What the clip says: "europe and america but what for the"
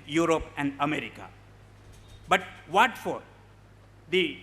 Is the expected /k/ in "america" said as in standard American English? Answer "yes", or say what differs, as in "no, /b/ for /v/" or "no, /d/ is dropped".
yes